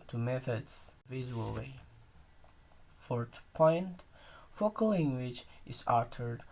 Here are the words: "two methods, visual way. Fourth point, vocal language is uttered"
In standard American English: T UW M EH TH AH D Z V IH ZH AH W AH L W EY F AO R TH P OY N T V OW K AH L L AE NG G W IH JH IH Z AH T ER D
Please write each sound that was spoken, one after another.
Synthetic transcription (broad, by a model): T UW M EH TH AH D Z V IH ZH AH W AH L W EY F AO R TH P OY N T F OW K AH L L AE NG G W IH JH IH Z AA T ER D